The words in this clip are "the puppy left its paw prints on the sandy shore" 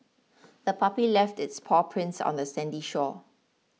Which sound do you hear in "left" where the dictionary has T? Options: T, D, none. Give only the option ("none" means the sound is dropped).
T